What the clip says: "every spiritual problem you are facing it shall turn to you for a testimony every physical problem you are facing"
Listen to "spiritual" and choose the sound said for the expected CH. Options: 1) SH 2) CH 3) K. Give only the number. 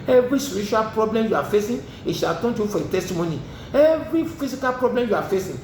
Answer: 1